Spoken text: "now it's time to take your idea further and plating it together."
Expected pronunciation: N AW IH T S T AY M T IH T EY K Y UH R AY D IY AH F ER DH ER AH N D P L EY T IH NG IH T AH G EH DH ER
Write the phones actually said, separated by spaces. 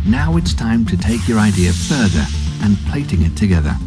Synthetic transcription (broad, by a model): N AW IH T S T AY M T IH T EY K Y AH R AY D IY AH F ER DH ER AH N P L EY T IH NG IH T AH G EH DH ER